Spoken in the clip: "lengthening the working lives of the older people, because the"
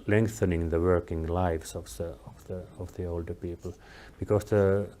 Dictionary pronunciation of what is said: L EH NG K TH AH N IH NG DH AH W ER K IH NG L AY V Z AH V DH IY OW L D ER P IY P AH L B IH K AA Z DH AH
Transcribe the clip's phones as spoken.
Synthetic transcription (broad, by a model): L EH NG K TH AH N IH NG DH AH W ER K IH NG L AY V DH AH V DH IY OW L D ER P IY P AH L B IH K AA S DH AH